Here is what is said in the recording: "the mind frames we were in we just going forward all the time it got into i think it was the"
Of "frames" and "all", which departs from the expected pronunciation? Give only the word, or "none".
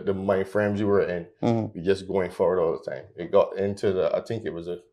none